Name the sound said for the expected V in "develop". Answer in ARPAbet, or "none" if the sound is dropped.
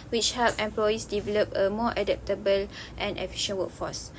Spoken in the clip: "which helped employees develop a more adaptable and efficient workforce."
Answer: V